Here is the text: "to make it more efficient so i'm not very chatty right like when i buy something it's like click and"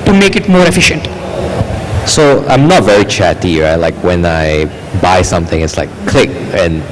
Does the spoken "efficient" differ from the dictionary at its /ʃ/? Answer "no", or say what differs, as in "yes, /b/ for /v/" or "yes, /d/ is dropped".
no